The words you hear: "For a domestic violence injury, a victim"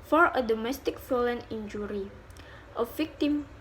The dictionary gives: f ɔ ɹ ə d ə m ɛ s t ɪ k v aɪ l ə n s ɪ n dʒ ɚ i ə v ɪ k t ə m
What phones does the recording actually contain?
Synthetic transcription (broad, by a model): f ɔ ɹ ə d ə m ɛ s t ɪ k f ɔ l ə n ɪ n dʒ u i ə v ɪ k t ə m